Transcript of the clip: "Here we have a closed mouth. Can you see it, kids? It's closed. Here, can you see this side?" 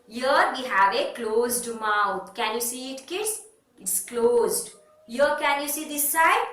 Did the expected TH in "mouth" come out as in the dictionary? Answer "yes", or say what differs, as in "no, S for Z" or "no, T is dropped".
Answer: no, T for TH